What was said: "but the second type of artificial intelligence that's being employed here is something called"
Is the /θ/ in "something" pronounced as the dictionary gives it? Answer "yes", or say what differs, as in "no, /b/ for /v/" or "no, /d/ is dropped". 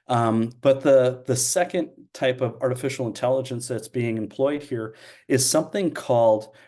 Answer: yes